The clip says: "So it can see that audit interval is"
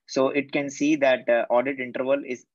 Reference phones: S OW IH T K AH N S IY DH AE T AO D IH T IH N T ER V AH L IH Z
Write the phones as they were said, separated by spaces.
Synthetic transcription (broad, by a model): S OW IH T K AH N S IY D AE T AO D IH T IH N T ER V AH L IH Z